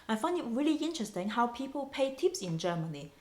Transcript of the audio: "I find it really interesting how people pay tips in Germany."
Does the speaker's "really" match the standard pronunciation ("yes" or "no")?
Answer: yes